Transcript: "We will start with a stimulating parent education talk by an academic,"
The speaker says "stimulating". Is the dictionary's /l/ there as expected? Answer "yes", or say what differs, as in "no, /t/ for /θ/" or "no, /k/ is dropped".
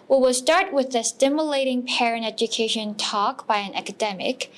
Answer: yes